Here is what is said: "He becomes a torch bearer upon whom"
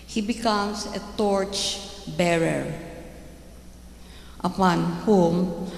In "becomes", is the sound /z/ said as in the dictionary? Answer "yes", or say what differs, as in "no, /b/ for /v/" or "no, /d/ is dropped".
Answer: no, /s/ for /z/